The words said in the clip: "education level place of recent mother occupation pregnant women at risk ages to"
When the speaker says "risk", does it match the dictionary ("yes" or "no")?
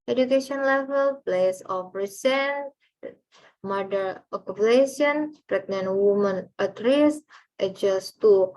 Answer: no